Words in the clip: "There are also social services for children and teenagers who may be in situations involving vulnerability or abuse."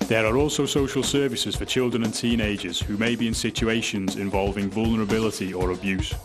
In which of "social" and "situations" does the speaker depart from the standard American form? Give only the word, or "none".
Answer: none